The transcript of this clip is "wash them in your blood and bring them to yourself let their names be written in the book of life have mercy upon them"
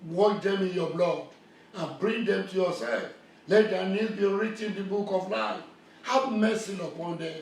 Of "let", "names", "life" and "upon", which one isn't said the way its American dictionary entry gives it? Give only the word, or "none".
names